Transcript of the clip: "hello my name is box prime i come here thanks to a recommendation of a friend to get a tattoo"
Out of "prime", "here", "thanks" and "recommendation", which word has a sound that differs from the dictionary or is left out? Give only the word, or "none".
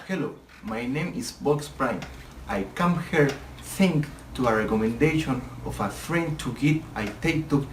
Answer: thanks